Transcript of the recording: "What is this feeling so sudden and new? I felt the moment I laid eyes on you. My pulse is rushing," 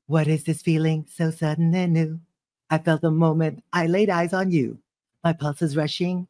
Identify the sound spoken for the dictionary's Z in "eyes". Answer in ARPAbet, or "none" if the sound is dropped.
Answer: Z